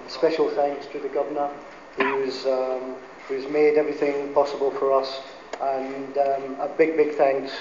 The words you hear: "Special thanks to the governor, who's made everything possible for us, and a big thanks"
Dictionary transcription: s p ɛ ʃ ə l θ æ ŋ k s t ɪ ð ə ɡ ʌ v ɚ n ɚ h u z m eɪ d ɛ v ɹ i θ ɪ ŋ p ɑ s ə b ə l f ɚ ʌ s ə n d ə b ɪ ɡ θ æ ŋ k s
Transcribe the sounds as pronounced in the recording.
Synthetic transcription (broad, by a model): s p ɛ ʃ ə l θ æ ŋ k s t ɪ ð ə ɡ ʌ v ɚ n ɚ h u z m eɪ d ɛ v ɹ i θ ɪ ŋ p ɑ s ə b ə l f ɚ ʌ s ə n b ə b ɪ ɡ θ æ ŋ k s